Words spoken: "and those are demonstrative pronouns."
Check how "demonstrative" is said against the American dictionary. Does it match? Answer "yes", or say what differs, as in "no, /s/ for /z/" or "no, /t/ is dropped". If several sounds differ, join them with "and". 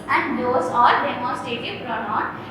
no, /n/ is dropped and /ɹ/ is dropped